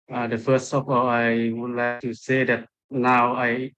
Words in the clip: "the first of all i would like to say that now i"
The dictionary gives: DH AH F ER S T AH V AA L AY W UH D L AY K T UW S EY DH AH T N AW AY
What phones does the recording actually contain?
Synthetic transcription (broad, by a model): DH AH F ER S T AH P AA AY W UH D L AY K T UW S EY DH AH T N AW AY